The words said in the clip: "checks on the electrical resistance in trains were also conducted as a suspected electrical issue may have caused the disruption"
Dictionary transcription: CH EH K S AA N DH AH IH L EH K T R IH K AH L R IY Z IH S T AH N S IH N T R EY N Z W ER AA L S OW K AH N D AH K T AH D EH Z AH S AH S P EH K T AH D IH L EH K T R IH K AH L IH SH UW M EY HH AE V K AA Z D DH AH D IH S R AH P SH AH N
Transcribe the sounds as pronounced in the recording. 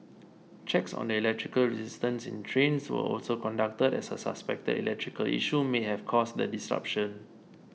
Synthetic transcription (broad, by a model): CH EH K S AA N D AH IH L EH K T R IH K AH L R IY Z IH S T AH N S IH N T R EY N S W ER AA L S OW K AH N D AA K T AH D EH S AH S AH S P EH K T AH D IH L EH K T R IH K AH L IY SH UW M EY HH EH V K AA S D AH D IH S R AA P SH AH N